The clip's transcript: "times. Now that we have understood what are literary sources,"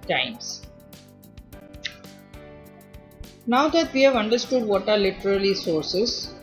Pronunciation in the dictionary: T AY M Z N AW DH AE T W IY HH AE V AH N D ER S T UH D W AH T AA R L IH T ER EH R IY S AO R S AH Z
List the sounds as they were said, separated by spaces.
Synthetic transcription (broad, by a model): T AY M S N AW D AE T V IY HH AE V AH N D ER S T UH D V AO T AA R L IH T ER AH L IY S AO R S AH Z